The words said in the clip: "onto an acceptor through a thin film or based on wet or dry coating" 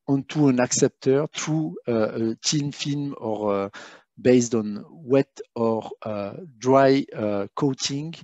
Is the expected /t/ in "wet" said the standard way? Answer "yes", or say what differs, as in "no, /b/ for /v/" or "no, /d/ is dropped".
yes